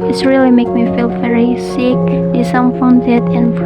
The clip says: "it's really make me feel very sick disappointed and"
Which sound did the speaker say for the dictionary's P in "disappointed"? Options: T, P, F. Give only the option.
F